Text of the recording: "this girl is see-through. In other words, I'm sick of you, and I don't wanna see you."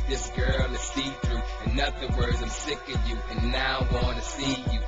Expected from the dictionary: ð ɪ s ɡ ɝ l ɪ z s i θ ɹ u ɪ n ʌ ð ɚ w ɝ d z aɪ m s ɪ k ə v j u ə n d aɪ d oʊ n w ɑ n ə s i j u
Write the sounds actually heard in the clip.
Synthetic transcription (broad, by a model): ð ɪ s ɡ ɝ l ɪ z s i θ ɹ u ɪ n ʌ ð ɚ w ɝ d z aɪ m s ɪ k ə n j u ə n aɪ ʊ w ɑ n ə s i j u